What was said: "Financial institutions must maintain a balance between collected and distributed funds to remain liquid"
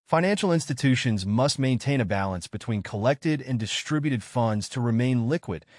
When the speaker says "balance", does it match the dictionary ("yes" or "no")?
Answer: yes